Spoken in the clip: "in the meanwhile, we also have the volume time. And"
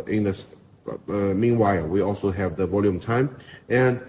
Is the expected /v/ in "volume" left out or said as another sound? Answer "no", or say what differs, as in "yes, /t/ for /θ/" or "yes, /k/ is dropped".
no